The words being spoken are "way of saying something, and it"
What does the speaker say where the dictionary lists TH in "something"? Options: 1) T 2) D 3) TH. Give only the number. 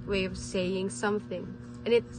3